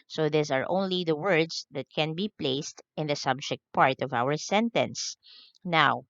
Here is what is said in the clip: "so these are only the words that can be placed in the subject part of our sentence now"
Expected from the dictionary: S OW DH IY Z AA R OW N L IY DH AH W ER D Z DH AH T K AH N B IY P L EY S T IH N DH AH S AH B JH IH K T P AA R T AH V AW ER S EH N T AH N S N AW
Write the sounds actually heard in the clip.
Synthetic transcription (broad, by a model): S OW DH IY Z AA R OW N L IY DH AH W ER D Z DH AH T K AH N B IY P L EY S T IH N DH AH S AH B JH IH K T P AA R T AH V AW ER S EH N T AH N S N AW